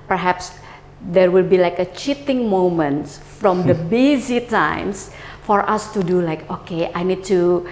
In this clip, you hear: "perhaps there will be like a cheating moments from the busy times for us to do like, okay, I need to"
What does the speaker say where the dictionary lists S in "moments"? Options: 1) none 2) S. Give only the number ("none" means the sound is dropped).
1